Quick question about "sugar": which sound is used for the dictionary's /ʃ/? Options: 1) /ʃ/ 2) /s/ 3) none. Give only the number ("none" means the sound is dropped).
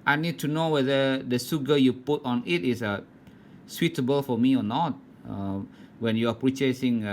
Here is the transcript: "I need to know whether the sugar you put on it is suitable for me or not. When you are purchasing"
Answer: 2